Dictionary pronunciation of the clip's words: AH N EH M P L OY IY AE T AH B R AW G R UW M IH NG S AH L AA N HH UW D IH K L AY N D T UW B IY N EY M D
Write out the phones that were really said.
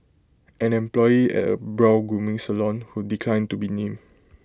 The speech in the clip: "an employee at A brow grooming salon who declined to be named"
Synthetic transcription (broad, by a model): AH N EH M P L OY IY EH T AH B R AW G R UW M IH NG S AH L AA N HH UW D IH K L AY N T UW B IY N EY M